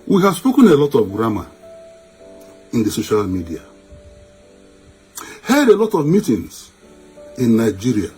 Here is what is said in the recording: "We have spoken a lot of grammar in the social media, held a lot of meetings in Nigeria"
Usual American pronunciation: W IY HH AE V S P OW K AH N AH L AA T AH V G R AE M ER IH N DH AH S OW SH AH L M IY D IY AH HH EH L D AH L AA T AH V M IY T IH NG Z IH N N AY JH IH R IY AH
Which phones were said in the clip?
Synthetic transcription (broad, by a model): W IY HH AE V S P OW K AH N AH L AA T AH V G R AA M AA IH N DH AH S OW SH AH L M IY D IY AH HH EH D AH L AA T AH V M IY T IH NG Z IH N N AY JH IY R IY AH